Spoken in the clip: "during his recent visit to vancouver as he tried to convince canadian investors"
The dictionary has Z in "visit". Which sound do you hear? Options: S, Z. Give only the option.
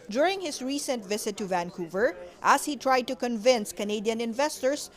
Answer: S